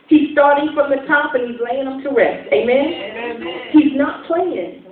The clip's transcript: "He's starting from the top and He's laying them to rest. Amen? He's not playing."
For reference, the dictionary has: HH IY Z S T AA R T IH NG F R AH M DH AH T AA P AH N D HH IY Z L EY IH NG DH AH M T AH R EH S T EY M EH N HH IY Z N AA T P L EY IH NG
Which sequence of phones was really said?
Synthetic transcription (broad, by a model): HH IY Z S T AA R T IH NG F R AH M DH AH T AA P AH N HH IY Z L EY IH NG AH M T AH R EH S T EY M EH N HH IY Z N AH T P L EY IH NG